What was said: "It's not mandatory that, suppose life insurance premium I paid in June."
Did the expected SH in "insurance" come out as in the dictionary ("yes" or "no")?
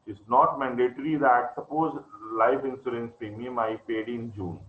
no